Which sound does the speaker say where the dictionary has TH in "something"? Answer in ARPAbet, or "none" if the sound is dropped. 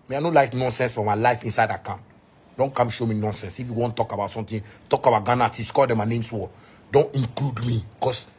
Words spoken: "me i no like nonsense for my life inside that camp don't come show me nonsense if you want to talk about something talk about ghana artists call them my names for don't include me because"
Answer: T